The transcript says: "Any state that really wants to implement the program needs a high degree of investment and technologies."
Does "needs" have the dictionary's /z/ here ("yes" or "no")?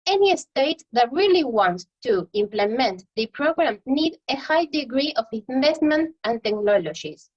no